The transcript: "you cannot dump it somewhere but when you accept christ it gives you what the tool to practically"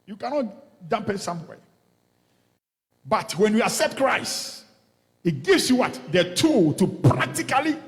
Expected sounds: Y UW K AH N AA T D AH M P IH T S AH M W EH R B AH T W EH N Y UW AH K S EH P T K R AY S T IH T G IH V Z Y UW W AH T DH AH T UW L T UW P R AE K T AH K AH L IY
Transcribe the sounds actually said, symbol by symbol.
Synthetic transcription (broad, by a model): Y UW K AH N AA T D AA M P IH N S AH M W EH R B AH T W EH N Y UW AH S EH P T K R AY S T IH T G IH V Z Y UW W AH T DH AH T UW L T UW P R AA K T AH K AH L IY